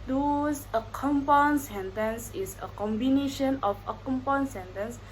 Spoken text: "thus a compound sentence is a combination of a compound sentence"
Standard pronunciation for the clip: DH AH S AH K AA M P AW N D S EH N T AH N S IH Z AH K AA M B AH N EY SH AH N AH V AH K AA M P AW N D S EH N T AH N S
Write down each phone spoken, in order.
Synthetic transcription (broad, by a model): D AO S AH K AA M P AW N S EH N T AH N S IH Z AH K AA M B AH N EY SH AH N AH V AH K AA M P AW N S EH N T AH N S